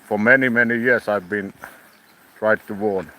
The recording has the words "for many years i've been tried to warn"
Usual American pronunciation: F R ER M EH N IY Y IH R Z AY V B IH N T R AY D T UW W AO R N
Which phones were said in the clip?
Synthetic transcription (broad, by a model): F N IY M EH N IY Y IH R S AY V B IH N T R AY D T UW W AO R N